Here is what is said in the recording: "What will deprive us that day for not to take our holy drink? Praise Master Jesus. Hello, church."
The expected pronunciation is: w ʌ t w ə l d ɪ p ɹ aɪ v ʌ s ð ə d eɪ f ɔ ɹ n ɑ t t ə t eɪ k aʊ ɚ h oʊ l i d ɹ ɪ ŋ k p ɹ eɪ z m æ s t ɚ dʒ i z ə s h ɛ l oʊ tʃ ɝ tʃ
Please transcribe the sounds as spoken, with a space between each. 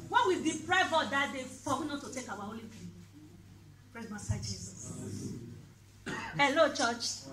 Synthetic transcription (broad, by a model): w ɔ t w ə d ɪ p ɹ aɪ v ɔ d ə d eɪ f ɔ w n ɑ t t ə t eɪ k aʊ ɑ h oʊ l i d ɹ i p ɹ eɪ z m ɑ s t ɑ dʒ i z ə s h ɛ l oʊ tʃ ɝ tʃ